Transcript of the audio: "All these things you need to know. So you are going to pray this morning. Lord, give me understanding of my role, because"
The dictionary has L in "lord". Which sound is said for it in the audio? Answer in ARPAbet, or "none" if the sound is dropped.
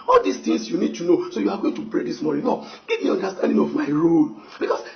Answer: N